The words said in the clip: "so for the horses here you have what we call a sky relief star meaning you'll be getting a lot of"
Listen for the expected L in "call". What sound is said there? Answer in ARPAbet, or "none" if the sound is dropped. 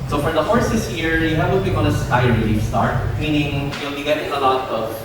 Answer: N